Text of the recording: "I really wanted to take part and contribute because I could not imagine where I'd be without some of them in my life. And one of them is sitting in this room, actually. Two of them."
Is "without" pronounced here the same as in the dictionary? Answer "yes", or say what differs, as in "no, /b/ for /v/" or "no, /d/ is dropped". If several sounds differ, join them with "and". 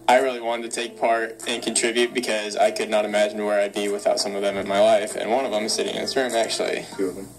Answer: yes